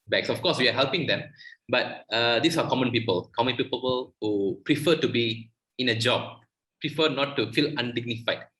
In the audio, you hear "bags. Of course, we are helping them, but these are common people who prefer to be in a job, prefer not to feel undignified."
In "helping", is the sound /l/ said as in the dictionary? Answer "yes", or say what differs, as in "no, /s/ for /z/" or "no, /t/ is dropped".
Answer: yes